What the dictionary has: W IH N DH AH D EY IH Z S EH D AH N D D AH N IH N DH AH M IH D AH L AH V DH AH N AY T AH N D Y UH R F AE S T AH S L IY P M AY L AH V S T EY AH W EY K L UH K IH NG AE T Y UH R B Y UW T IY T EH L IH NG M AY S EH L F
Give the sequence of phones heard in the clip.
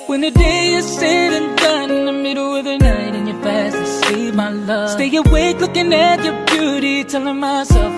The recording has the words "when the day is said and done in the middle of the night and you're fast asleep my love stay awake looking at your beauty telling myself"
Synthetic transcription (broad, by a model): W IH N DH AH D EY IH S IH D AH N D D AH N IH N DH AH M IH D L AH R DH AH N AY T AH N Y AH R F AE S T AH S IY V M AY L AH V S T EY AH W EY K L UH K IH NG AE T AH R B Y UW T IY T EH L IH NG M AY S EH L F